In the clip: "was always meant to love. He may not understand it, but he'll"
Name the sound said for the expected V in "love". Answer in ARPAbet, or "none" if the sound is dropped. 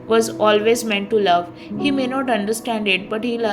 V